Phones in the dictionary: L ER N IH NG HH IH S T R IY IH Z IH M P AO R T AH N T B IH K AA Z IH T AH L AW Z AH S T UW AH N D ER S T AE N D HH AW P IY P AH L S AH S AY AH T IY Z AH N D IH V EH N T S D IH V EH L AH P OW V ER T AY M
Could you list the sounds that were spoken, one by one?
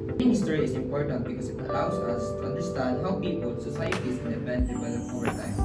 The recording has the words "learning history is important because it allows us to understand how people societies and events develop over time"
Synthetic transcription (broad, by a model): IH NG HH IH S T R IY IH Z IH M P AO R T AH N T B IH K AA S IH T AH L AW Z AH S T UW AH N D ER S T AE N D HH AW P IY P AH L S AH S AY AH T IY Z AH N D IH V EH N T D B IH IH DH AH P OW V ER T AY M